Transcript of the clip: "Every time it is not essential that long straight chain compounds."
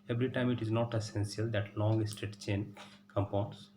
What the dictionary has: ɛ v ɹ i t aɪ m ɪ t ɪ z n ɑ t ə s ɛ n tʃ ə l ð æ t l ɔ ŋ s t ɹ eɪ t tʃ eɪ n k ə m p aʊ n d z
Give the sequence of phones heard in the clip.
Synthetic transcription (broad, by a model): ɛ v ɹ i t aɪ m ɪ t ɪ z n ɑ t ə s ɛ n s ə l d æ t l ɔ ŋ s t eɪ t tʃ eɪ n k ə m p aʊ n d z